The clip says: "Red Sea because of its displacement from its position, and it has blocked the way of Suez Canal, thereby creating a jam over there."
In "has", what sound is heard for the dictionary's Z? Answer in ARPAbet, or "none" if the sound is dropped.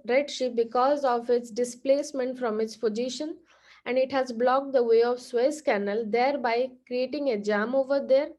Z